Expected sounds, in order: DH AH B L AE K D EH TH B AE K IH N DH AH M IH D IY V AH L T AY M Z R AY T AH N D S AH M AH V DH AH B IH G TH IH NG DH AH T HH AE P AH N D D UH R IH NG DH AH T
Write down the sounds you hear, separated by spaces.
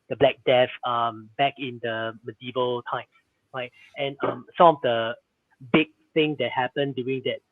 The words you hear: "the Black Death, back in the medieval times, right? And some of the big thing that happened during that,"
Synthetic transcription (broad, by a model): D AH B L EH K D EH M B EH K IH N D AH M IH D IY V AH L T AY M S R AY T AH N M S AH M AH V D AH B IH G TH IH NG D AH T HH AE P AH N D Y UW R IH NG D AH T